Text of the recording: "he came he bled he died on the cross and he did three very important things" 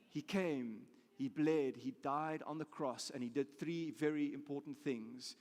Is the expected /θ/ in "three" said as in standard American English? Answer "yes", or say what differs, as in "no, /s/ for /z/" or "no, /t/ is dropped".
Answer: yes